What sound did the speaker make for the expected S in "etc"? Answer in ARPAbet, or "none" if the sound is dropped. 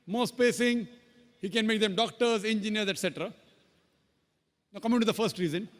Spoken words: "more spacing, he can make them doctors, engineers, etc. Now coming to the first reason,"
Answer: S